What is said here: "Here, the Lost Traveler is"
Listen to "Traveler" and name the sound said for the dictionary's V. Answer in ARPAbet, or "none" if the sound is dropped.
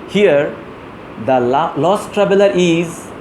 B